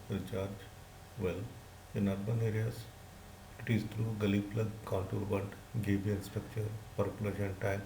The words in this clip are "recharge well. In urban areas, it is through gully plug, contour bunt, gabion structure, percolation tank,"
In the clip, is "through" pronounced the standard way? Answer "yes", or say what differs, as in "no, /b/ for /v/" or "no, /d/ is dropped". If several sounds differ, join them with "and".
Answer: no, /t/ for /θ/